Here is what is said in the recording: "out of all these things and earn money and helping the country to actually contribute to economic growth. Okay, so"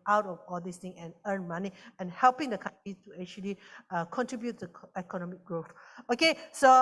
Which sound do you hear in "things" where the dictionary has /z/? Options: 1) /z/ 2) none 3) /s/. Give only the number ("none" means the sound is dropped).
2